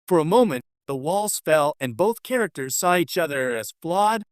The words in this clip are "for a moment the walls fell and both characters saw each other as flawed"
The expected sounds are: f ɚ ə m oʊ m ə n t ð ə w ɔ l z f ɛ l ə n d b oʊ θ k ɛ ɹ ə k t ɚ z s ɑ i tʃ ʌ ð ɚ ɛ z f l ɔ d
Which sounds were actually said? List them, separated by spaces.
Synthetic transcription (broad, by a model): f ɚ ə m oʊ m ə n ð ə w ɔ l z f ɛ l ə n b oʊ θ k ɛ ɹ ə k t ɚ z s ɑ i tʃ ʌ ð ɚ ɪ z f l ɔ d